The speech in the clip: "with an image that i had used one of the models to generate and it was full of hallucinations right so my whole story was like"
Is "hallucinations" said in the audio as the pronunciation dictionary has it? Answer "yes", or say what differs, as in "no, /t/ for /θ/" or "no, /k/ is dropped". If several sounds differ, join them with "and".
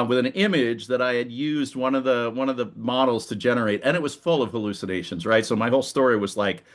yes